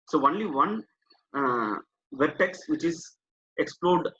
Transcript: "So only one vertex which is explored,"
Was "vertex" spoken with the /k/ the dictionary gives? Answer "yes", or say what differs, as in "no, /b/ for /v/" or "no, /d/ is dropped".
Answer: yes